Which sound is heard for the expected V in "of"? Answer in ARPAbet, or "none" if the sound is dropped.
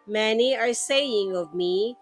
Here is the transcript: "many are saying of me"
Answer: V